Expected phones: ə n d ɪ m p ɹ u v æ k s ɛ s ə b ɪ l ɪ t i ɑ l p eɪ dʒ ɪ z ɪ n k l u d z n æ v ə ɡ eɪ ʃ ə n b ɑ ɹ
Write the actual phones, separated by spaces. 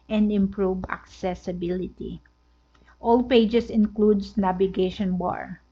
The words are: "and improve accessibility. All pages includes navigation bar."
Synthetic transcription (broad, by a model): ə n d ɪ m p ɹ u v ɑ k s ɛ s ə b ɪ l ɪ t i ɑ l p eɪ dʒ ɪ s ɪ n k l u d s n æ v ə ɡ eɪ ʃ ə n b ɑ ɹ